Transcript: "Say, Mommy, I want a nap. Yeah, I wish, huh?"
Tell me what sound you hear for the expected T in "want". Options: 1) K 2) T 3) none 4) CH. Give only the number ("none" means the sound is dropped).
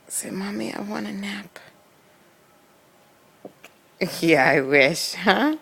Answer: 3